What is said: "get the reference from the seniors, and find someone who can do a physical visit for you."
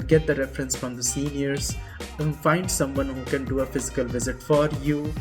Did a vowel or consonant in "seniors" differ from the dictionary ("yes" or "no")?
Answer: yes